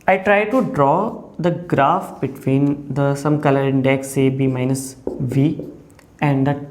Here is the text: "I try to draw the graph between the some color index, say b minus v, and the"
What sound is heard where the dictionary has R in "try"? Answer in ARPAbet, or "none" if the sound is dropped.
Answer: R